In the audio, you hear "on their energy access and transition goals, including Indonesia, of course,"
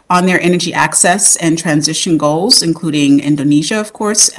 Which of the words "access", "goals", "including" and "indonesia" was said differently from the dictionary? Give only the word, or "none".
none